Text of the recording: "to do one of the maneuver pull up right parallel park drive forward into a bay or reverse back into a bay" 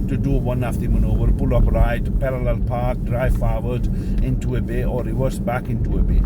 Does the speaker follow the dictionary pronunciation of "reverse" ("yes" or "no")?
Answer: no